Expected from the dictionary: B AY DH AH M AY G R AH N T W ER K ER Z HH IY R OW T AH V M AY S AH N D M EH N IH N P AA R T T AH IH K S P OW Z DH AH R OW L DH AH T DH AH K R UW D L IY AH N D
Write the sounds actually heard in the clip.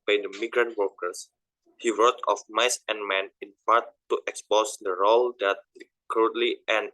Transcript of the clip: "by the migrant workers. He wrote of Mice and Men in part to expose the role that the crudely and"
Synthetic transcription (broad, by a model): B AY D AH M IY G R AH N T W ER K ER S HH IY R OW T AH F M AY S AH N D M EH N IH N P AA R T T AH K S P OW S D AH R OW L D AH T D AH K R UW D L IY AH N